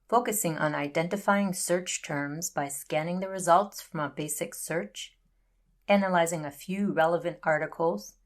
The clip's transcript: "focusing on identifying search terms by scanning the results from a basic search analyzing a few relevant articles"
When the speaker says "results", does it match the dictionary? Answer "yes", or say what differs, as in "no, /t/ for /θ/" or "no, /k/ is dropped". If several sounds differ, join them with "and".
yes